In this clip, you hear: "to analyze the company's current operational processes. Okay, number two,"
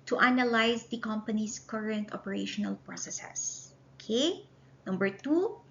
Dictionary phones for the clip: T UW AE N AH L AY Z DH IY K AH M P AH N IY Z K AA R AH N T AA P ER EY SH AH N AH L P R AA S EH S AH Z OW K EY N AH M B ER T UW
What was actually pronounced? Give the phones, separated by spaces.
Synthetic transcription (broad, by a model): T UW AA N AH L AY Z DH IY K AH M P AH N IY S K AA R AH N T AA P ER EY SH AH N AH L P R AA S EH S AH S OW K EY N AH M B ER T UW